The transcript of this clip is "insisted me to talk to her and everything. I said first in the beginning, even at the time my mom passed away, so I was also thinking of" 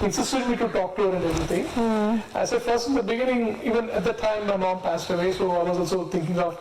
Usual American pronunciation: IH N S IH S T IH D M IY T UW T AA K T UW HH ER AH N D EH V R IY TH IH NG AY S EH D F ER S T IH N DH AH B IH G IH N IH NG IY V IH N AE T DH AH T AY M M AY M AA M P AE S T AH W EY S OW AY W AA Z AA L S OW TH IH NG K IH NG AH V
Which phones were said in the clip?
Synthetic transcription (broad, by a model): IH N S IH S T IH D M IY T UW T AA K T UW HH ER AH N D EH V R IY T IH NG AY S EH D F ER S T IH N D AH B IH G IH N IH NG IY V IH N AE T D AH T AY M M AY M AA M P AE S T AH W EY S OW AY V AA Z AA L S OW T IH NG K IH NG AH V